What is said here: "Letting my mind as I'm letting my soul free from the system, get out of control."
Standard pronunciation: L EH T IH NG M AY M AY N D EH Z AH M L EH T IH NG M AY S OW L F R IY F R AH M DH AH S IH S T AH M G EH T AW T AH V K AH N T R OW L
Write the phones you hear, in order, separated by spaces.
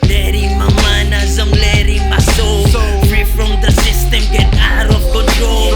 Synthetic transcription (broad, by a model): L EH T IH M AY M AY N AA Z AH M L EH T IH M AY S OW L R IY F R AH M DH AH S IH S T AH M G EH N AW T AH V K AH N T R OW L